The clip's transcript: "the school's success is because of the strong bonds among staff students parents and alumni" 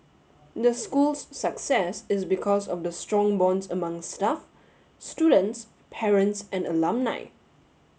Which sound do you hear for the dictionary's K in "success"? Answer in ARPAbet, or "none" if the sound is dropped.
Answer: K